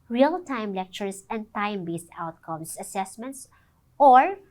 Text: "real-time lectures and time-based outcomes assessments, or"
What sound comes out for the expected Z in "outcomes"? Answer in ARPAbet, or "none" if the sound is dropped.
S